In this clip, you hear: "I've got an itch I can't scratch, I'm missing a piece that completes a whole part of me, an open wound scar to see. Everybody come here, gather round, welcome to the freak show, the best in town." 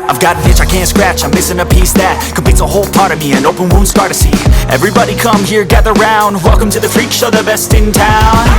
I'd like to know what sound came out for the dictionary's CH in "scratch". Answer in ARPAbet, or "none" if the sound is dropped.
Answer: CH